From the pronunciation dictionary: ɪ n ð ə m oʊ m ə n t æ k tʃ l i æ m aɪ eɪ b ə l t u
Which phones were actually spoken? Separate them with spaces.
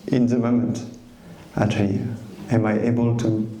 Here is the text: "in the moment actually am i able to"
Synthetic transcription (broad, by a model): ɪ n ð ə m oʊ m ə n t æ tʃ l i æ m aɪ eɪ b ə l t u